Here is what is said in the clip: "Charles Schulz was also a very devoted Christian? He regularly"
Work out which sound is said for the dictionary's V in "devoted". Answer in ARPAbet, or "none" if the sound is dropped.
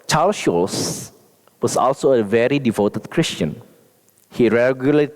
V